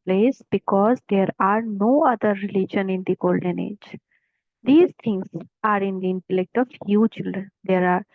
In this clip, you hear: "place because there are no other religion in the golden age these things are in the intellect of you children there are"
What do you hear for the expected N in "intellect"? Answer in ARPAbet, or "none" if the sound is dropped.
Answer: N